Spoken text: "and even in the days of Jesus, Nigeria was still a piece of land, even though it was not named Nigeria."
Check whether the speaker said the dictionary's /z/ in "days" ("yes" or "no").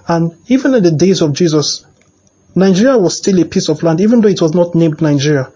yes